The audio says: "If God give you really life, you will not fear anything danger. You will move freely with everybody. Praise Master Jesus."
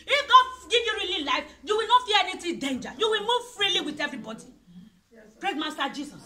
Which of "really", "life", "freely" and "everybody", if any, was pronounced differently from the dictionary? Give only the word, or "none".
none